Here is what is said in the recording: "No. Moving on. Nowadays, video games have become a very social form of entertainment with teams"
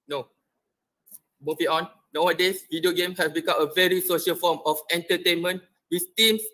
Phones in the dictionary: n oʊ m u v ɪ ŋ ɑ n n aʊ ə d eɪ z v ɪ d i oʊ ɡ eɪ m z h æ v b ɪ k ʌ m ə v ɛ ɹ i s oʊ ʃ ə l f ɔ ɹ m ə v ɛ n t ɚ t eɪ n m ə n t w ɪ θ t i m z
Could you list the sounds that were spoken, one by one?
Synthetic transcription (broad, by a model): n oʊ m u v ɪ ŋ ɑ n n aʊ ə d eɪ s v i d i oʊ ɡ eɪ m h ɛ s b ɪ k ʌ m ə v ɛ ɹ i s oʊ ʃ ə l f ɔ m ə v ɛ n t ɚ t eɪ n m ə n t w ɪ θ t i m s